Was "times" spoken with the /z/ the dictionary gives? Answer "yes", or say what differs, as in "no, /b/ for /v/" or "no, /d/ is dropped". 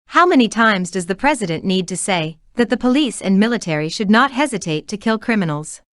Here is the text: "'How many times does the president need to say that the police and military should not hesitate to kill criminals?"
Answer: yes